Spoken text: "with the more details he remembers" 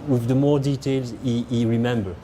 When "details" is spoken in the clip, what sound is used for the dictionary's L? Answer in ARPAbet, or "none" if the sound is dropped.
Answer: L